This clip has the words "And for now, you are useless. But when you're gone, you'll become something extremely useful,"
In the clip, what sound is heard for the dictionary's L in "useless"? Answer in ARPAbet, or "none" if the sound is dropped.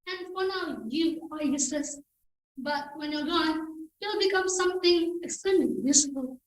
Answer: none